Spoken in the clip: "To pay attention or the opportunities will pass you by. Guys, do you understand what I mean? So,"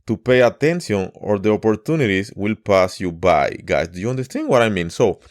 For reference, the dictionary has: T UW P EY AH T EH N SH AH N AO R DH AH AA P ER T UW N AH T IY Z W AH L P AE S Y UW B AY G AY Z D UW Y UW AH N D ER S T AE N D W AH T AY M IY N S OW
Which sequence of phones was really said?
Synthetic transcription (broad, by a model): T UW P EY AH T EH N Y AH N AO R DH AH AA P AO T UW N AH T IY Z W AH L P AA S Y UW B AY G AY S D UW Y UW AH N D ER S T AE N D W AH T AY M IY N S OW